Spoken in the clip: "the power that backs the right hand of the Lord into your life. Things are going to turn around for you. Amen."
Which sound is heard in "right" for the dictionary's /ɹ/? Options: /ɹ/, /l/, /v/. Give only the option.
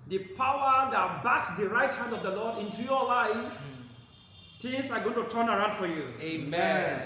/ɹ/